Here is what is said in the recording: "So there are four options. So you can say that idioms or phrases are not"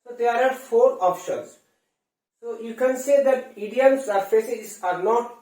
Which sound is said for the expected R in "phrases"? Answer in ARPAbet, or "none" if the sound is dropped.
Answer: none